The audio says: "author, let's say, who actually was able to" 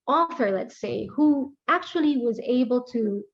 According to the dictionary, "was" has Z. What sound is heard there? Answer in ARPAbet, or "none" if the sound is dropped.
Z